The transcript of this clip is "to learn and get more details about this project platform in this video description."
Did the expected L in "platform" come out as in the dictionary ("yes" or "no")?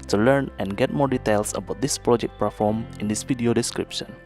no